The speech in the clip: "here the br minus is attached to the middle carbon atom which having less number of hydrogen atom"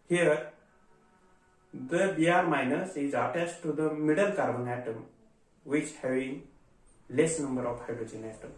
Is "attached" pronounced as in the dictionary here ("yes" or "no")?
no